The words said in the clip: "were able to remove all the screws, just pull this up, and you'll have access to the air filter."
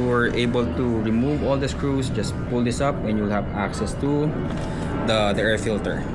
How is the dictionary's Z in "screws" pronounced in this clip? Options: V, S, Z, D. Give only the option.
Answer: S